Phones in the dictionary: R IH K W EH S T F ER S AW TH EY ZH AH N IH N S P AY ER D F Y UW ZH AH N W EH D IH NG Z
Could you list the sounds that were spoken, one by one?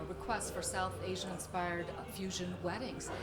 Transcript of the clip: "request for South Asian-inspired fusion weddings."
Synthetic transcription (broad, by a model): R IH K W EH S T F ER S AW TH EY ZH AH IH N S P AY ER D F Y UW ZH AH N W EH D IH NG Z